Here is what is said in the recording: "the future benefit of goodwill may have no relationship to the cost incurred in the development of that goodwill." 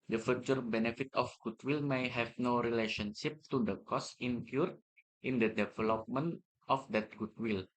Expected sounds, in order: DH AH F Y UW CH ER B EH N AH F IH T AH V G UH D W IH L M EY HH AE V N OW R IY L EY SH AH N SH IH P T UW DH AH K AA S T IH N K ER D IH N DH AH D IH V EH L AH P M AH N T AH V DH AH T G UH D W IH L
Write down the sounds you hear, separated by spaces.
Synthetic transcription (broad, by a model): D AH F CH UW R B EH N AH F IH T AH F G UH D W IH L M EY HH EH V N OW R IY L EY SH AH N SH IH P T UW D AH K AA S IH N K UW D IH N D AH D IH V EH L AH P M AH N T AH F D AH T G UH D W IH L